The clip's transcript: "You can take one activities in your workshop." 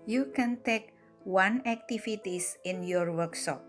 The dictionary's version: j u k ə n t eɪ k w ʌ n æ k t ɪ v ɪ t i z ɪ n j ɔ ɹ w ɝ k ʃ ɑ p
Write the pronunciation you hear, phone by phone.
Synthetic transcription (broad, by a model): j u k ə n t eɪ k w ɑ n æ k t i f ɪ t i s ɪ n j ɔ ɹ w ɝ k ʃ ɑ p